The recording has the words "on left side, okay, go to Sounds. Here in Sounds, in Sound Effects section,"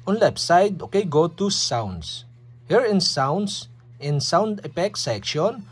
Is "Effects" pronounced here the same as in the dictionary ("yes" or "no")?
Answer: no